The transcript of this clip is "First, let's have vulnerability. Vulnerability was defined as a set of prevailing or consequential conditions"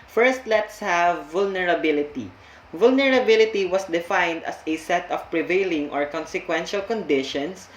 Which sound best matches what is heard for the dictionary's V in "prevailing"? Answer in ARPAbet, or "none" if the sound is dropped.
V